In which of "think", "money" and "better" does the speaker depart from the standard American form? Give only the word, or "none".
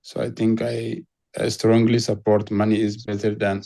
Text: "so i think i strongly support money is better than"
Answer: think